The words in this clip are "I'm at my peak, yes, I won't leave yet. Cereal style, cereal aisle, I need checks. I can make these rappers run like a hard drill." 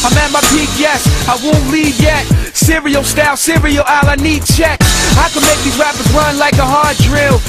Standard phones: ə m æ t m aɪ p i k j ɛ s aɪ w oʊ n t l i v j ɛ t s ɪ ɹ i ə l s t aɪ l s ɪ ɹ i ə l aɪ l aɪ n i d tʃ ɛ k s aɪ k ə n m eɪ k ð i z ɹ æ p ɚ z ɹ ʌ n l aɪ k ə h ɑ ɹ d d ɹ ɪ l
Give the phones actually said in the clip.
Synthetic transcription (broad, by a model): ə m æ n m aɪ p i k j ɛ s aɪ w oʊ n t l i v j ɛ t s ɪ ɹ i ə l s t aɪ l s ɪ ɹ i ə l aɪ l aɪ n i d tʃ ɛ k aɪ k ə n m eɪ k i ɹ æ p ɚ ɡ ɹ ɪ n l aɪ k ə h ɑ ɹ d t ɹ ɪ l